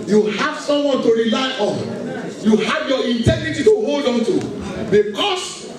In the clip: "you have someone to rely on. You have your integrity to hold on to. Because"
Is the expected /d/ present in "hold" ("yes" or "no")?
yes